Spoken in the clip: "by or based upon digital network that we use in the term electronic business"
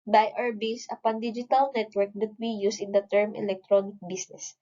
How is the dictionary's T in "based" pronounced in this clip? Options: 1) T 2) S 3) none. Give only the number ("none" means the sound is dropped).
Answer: 3